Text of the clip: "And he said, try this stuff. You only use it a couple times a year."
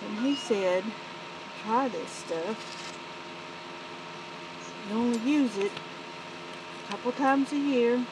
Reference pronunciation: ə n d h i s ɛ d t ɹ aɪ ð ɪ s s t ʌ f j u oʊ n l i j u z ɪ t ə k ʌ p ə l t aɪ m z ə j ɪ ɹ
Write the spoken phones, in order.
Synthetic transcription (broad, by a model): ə n i s ɛ d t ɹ aɪ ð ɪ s s t ʌ f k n oʊ n l i j u z ɪ t ə k ʌ p l t aɪ m z ə j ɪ ɹ